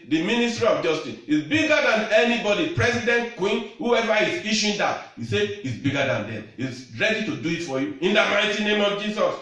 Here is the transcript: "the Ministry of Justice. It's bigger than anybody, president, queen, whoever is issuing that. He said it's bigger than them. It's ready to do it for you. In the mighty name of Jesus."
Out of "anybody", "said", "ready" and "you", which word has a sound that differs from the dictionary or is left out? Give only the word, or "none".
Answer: said